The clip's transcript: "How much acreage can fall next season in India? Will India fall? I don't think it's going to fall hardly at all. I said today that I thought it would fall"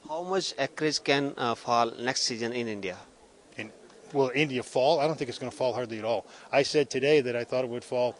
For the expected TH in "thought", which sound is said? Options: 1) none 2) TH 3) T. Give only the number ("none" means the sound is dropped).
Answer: 2